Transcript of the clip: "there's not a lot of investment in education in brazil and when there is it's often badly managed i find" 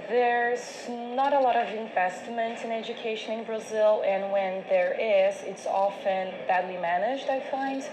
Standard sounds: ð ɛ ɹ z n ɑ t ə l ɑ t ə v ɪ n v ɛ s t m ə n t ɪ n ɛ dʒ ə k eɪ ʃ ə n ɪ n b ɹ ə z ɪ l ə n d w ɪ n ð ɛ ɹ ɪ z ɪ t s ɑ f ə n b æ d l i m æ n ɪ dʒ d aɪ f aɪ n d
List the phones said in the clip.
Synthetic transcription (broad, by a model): ð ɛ ɹ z n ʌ t ə l ɑ t ə v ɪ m v ɛ s t m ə n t ɪ n ɛ dʒ ə k eɪ ʃ ə n ɪ n b ɹ ə z ɪ l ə n w ɪ n ð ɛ ɹ ɪ z ɪ t s ɑ f ə n b æ d l i m æ n ɪ dʒ d aɪ f aɪ n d